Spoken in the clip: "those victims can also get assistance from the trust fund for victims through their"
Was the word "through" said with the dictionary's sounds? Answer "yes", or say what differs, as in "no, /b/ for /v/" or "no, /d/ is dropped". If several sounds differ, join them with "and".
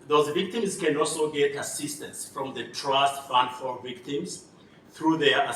yes